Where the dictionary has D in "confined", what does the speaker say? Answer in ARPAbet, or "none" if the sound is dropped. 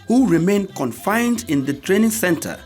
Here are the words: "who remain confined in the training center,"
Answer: D